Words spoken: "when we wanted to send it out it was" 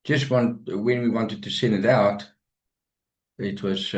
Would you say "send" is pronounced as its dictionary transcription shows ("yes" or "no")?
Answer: no